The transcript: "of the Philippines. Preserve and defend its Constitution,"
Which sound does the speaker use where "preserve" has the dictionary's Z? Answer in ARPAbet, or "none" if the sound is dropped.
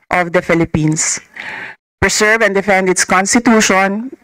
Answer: S